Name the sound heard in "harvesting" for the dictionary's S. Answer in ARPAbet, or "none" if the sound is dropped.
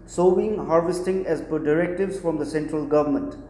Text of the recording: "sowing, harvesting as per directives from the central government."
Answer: S